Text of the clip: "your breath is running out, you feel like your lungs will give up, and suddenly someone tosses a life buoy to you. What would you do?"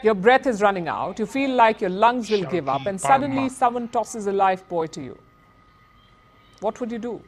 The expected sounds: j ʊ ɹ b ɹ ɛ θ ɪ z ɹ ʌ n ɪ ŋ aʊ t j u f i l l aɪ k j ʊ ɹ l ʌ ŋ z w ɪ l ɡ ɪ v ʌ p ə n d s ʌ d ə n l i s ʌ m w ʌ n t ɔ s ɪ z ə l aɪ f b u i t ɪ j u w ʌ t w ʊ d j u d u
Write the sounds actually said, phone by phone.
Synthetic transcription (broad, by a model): j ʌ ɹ b ɹ ɛ t ɪ z ɹ ʌ n ɪ ŋ aʊ t j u f i l l aɪ k j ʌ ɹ l ʌ ŋ z w ɪ l ɡ ɪ v ʌ p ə n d s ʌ d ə n l i s ʌ m w ʌ n t ɔ s ɪ z ə l aɪ f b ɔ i t ɪ j u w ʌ t w ʊ d j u d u